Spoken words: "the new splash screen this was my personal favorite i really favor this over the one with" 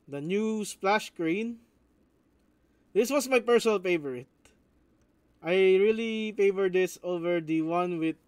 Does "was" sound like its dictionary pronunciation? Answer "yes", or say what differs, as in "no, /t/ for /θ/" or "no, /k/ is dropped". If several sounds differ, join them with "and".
no, /s/ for /z/